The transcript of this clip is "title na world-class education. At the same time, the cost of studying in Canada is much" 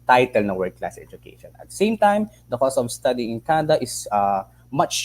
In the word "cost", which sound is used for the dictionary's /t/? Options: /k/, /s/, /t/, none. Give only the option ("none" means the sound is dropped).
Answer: none